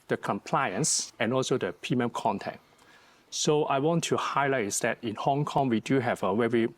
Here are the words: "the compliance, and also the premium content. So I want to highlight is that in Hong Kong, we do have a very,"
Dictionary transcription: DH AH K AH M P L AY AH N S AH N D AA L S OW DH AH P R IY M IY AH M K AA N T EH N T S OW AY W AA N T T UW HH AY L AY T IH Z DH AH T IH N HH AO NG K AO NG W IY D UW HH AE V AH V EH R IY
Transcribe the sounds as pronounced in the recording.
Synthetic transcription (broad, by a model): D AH K AH M P L AY AH N S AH N AA L S OW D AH P IY M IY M K AA N T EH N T S OW AY W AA N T T UW HH AY L AY T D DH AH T IH N HH AO NG K AO NG W IY D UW HH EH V AH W EH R IY